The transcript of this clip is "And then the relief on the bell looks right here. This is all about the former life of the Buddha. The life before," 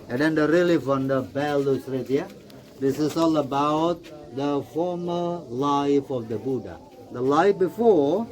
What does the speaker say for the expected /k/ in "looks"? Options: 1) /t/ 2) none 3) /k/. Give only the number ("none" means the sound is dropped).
2